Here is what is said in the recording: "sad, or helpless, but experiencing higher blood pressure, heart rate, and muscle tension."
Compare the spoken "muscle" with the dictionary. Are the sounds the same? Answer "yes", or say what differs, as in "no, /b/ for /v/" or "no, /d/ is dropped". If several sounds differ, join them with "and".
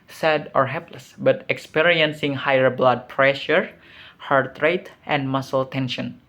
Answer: yes